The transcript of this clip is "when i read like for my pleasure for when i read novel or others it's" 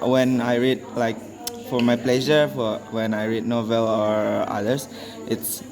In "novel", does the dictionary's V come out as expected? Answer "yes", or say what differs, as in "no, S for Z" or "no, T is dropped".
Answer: yes